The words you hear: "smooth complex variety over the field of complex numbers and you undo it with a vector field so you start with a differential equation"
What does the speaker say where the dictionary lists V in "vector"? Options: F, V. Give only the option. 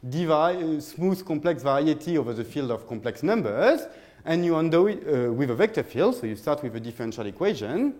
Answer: V